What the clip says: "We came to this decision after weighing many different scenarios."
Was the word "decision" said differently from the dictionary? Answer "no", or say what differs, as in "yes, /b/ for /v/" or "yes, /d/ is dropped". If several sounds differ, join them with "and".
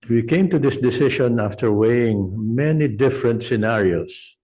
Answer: yes, /ʃ/ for /ʒ/